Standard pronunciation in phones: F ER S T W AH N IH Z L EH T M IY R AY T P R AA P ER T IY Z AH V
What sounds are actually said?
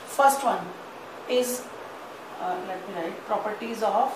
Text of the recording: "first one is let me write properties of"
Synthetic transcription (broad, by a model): F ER S T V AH N IH Z L EH T M IY L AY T P R AA P ER T IY Z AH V